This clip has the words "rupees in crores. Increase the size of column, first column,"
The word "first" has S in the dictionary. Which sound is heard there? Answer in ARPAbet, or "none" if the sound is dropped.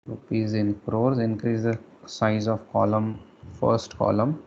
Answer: S